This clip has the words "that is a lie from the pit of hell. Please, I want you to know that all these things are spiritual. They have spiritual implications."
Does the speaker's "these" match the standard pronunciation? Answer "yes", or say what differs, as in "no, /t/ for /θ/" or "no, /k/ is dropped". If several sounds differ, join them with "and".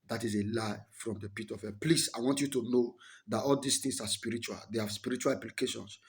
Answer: no, /s/ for /z/